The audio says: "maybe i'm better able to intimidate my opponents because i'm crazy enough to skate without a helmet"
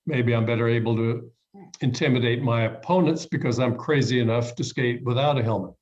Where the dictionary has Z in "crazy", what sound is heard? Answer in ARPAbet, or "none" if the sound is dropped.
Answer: Z